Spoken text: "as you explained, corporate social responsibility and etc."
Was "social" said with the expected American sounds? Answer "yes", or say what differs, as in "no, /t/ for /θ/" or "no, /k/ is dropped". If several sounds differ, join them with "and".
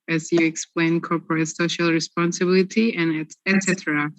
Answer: yes